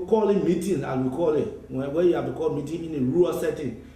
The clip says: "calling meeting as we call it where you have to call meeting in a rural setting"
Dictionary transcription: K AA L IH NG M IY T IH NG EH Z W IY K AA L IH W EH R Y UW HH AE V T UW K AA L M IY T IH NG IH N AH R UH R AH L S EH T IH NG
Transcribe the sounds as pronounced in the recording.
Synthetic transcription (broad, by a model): K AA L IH M IY T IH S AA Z W IY K AA L IH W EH W Y UW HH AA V T UW K AA L M IY T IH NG IH N AH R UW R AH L S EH T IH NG